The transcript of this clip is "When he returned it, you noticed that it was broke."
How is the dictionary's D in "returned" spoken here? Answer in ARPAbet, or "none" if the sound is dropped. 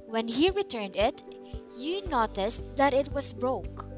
D